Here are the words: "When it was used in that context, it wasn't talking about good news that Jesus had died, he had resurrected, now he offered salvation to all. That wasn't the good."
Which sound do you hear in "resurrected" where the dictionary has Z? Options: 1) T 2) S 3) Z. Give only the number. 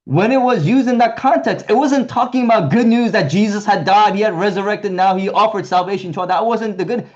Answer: 3